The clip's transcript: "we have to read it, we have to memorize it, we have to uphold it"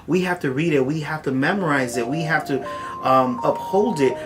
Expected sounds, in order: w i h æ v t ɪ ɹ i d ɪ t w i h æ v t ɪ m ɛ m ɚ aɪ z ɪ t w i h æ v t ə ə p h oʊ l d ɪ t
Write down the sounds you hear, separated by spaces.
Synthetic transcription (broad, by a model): w i h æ f t ɪ ɹ i d ɪ t w i h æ f t ɪ m ɛ m ɚ aɪ z ɪ t w i h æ f t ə ə p h oʊ l d ɪ t